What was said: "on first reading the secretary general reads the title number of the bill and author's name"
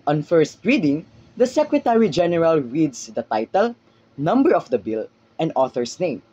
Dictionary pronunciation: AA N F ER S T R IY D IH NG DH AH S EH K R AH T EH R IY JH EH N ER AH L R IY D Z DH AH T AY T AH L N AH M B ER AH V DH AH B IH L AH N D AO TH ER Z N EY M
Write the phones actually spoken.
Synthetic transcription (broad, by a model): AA N F ER S T R IY D IH NG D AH S EH K R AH T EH R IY JH EH N ER AH L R IY D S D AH T AY T AH L N AH M B ER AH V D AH B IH L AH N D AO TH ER S N EY M